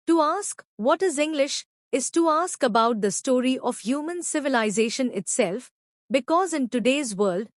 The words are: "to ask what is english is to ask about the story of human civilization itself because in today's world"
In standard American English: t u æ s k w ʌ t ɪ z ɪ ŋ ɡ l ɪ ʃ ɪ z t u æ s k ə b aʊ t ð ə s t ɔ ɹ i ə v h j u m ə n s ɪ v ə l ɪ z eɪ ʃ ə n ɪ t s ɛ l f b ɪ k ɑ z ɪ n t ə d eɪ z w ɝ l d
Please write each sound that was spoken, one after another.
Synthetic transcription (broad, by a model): t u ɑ s k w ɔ t ɪ z ɪ ŋ ɡ l ɪ ʃ ɪ z t u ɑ s k ə b aʊ t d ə s t ɔ ɹ i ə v h j u m ə n s ɪ v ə l ɪ z eɪ ʃ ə n ɪ t s ɛ l f b ɪ k ɑ z ɪ n t ə d eɪ z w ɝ l d